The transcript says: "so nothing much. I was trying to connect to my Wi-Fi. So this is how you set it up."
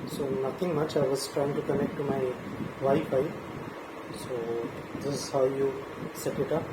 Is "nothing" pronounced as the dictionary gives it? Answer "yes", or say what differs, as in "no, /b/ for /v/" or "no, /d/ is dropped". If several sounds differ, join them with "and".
no, /t/ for /θ/